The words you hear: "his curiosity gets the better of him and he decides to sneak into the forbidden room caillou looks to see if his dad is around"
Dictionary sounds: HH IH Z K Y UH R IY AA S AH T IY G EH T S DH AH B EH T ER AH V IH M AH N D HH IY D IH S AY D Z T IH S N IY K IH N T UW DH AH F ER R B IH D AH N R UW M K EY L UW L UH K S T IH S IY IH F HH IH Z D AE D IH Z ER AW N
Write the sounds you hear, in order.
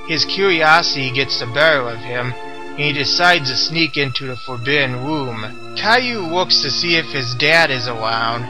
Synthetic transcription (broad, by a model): HH IH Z K Y UH R IY AA S AH T IY G EH T S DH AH B EH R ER AH V IH M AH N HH IY D IH S AY D Z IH S N IY K IH N T UW DH AH F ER R B IH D N W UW M K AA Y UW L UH K S T IH S IY IH F HH IH Z D AE D IH Z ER AW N